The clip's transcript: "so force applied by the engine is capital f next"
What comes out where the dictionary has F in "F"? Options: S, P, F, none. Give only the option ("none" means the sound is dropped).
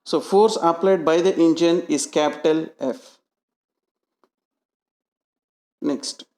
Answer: F